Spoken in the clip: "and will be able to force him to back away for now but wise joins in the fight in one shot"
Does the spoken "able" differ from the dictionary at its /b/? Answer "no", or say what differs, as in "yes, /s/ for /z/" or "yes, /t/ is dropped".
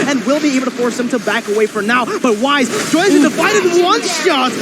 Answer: yes, /b/ is dropped